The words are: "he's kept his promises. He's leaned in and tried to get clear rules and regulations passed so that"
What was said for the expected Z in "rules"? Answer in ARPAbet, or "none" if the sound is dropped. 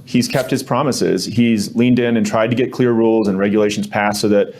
Z